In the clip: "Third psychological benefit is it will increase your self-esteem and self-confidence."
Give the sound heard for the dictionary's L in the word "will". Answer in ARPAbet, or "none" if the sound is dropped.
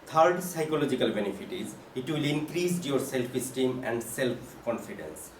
L